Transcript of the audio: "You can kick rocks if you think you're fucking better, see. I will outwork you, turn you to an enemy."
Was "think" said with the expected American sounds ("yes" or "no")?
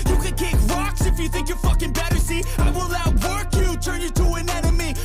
yes